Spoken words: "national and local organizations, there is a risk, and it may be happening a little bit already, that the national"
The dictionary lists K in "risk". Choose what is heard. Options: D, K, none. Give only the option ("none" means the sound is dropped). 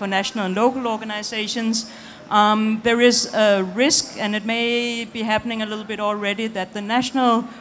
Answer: K